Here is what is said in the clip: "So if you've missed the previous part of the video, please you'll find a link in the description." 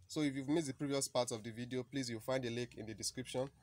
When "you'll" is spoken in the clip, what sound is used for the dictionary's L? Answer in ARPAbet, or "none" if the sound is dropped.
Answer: W